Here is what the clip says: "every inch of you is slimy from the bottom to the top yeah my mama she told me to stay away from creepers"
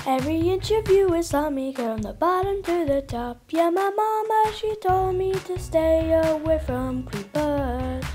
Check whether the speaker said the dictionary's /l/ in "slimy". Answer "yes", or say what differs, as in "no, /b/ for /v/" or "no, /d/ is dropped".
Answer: no, /l/ is dropped